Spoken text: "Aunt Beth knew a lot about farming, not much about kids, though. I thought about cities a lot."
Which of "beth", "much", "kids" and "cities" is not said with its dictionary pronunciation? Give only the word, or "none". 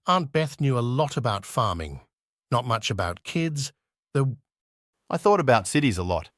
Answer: none